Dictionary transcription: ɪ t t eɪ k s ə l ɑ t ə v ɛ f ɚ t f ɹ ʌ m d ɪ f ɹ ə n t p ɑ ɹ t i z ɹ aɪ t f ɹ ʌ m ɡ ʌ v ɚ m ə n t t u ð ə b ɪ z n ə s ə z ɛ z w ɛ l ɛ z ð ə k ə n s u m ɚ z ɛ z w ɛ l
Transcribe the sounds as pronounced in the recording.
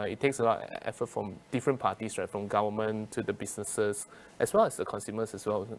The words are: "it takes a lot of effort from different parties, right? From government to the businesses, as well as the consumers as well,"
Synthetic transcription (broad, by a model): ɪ t t eɪ k s ə l ɑ t ɛ f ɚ t f ɹ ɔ m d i f ɹ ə n p ɑ t i s ɹ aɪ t f ɹ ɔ m ɡ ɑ v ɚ m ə n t t u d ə b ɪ s n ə s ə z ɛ s w ɛ l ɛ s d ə k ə n s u m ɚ s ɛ s w ɛ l